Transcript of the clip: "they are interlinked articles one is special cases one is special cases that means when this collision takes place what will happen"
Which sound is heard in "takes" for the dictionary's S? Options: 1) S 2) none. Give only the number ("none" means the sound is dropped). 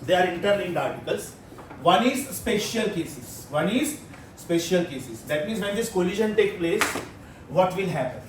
2